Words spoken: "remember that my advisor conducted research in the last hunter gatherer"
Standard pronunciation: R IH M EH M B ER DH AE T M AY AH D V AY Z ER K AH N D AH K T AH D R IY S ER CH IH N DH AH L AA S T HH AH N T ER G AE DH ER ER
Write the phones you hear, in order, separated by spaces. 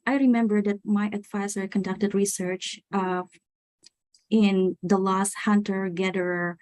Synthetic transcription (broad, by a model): R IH M EH M B ER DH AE T M AY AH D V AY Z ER K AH N D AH K T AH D R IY S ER CH IH N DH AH L AA S T HH AH N T ER G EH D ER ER